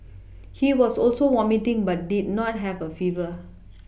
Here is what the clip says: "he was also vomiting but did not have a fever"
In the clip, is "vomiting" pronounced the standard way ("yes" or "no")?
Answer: no